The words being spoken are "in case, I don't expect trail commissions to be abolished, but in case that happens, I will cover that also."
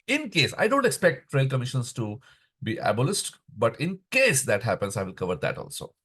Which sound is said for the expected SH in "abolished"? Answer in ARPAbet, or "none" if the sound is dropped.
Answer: S